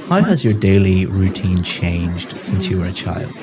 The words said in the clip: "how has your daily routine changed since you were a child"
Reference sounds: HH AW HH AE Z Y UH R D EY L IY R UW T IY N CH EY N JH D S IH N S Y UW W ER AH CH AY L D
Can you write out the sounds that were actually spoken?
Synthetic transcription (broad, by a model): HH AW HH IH Z Y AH R D EY L IY R UW T IY N CH EY N JH D S IH N S Y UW W ER AH CH AY L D